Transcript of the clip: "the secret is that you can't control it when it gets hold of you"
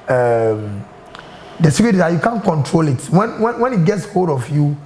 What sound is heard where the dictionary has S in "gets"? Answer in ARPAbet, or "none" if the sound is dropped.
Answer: S